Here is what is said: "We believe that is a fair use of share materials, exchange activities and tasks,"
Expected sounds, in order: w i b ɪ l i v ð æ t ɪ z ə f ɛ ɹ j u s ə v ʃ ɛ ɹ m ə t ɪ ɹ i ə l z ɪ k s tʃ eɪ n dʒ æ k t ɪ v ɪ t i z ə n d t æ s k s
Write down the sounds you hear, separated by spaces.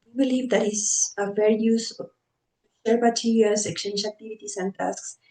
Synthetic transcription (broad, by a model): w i b ɪ l i v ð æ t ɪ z ə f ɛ ɹ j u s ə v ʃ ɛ ɹ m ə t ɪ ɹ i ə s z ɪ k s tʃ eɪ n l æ k t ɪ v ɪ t i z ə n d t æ s k s